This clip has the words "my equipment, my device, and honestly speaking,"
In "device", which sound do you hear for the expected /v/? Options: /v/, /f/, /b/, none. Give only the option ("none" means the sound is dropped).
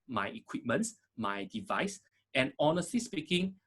/v/